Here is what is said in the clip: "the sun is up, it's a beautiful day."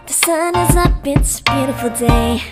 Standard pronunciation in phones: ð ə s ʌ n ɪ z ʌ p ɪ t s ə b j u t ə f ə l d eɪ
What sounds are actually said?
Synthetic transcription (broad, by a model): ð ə s ʌ n ɪ z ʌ b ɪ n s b j u t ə f l d eɪ